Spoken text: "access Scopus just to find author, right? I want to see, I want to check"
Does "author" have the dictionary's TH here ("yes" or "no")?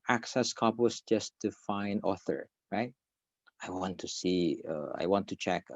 yes